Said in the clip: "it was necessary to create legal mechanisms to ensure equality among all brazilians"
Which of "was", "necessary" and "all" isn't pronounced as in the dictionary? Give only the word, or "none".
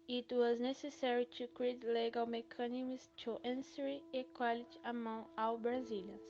all